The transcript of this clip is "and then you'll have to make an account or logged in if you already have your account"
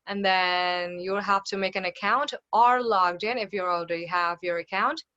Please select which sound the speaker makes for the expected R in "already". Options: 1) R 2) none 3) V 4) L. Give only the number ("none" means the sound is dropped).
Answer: 2